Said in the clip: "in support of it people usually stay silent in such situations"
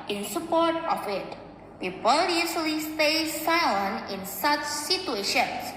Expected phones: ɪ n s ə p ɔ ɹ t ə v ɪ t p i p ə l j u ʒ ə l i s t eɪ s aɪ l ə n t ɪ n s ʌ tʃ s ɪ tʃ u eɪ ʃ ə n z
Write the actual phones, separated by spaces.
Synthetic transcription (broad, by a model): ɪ n s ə p ɔ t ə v ɪ t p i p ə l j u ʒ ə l i s t eɪ s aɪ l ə n ɪ n s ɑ tʃ s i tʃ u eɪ ʃ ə n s